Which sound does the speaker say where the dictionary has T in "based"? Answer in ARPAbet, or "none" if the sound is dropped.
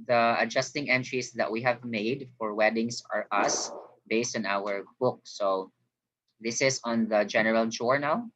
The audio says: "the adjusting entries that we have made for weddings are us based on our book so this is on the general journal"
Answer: T